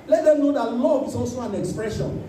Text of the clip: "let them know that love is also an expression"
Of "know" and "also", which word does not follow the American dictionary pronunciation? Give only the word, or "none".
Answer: also